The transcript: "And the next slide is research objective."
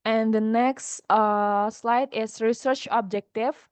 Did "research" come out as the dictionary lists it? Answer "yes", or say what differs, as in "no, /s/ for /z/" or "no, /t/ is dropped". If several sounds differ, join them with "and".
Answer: yes